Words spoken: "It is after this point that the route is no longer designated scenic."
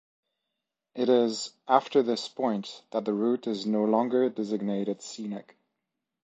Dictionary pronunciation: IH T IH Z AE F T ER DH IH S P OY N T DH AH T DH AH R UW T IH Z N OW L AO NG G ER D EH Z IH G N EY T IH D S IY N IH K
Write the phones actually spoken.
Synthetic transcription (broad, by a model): IH T IH Z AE F T ER DH IH S P OY N T DH AH T DH AH R UW T IH Z N OW L AO NG G ER D EH Z IH G N EY T IH D S IY N IH K